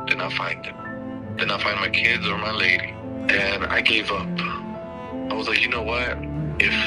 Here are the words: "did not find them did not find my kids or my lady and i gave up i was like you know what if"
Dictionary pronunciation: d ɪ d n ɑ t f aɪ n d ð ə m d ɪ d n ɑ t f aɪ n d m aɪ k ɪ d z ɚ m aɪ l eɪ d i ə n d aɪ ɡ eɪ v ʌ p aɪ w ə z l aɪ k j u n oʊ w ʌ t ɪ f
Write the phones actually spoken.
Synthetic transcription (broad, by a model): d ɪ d n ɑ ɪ f aɪ n d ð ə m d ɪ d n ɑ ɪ f aɪ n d m aɪ k ɪ d z ɚ m aɪ l eɪ d i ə n aɪ ɡ eɪ v ʌ p aɪ w ə z l aɪ k j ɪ n oʊ w ʌ t ɪ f